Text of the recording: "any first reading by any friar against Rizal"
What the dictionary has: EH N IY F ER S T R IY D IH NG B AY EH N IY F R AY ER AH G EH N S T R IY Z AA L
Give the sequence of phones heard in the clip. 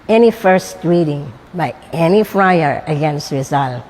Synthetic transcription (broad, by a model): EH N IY F ER S T R IY D IH NG B AY EH N IY F R AY ER AH G EH N S T R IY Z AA L